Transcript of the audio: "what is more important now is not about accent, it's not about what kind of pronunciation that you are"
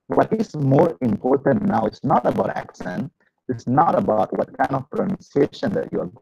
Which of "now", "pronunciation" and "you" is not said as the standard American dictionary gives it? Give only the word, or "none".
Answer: none